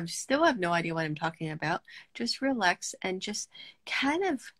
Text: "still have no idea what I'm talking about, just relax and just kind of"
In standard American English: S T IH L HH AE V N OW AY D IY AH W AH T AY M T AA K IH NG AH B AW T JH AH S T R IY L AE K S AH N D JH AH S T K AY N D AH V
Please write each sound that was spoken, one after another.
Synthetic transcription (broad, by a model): S T IH L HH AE V N OW AY D IY AH W AH T AY M T AA K IH NG AH B AW T JH AH S T R IY L AE K S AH N JH AH S T K AY N D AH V